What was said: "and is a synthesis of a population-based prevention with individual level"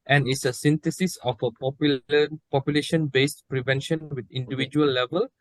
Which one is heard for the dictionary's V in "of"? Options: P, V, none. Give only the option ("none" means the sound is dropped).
P